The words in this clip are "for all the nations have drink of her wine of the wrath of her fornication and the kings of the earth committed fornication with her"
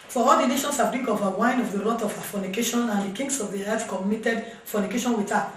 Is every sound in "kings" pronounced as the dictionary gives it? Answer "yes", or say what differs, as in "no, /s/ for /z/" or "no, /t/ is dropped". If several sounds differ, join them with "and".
no, /s/ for /z/